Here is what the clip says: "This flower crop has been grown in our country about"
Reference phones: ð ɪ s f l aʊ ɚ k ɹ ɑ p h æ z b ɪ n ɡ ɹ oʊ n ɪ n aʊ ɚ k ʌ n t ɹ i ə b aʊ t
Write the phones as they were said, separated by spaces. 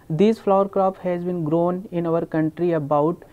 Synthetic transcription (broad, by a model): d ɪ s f l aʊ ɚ k ɹ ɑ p h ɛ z b ɪ n ɡ ɹ oʊ n ɪ n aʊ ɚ k ʌ n t ɹ i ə b aʊ t